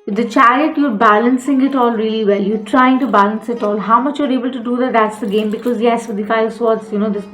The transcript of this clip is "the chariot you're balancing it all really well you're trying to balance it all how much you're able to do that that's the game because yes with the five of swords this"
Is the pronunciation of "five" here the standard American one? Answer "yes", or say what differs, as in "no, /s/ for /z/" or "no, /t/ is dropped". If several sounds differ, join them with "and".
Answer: no, /v/ is dropped